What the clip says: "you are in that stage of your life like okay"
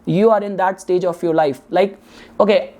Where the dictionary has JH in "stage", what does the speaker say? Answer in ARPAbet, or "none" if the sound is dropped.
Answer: JH